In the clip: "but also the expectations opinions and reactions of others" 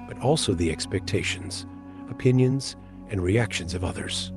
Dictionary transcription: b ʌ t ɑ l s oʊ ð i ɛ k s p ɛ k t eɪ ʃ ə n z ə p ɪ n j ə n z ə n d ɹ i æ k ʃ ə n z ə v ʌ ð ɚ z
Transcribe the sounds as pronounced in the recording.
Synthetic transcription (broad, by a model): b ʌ t ɑ l s oʊ ð i ɛ k s p ɛ k t eɪ ʃ ə n z ə p ɪ n j ə n z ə n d ɹ i æ k ʃ ə n z ə v ʌ ð ɚ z